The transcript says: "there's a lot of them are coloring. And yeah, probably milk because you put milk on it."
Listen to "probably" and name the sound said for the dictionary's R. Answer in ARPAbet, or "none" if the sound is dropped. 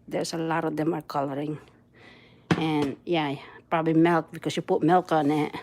R